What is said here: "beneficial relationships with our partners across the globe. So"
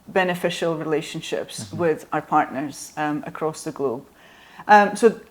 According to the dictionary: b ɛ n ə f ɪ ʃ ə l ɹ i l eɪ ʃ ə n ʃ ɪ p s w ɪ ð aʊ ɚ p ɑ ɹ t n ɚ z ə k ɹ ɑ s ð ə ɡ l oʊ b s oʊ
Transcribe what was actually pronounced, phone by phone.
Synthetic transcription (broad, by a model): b ɛ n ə f ɪ ʃ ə l ɹ i l eɪ ʃ ə n ʃ ɪ p s w ɪ ð aʊ ɚ p ɑ ɹ t n ɚ z ə k ɹ ɑ s ð ə ɡ l oʊ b s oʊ